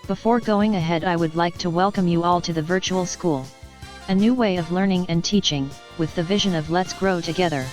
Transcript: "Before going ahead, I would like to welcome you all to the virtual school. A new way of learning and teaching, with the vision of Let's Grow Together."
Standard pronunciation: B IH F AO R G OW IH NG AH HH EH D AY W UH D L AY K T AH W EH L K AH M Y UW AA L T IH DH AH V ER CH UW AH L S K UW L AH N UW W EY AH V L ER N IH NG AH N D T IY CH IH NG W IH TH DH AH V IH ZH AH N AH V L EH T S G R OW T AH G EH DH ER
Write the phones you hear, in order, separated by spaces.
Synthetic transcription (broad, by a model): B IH F AO R G OW IH NG AH HH EH D AY W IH D L AY K T AH W EH L K AH M Y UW AA L T IH DH AH V ER CH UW L S K UW L AH N UW W EY AH V L ER N IH NG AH N T IY CH IH NG W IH DH AH V IH ZH AH N AH V L EH T S G R OW T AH G EH DH ER